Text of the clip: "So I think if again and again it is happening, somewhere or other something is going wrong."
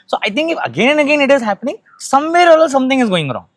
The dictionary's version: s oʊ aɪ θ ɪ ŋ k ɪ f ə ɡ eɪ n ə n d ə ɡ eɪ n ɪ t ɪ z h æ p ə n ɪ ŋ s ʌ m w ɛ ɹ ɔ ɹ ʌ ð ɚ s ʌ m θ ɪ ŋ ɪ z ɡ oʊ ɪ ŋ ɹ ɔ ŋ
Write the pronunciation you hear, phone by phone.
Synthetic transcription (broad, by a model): s oʊ aɪ t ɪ ŋ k ɪ f ə ɡ eɪ n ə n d ə ɡ eɪ n ɪ t ɪ z h æ p ə n ɪ ŋ s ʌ m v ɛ ɹ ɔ l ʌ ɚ s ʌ m t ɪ ŋ ɪ z ɡ oʊ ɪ ŋ ɹ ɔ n